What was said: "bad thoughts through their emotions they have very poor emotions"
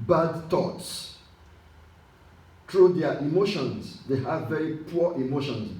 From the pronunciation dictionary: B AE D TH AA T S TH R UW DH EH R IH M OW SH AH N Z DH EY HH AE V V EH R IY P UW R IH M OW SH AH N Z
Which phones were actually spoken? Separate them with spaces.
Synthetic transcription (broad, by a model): B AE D TH AA T S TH R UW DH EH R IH M OW SH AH N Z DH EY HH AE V V EH R IY P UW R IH M OW SH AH N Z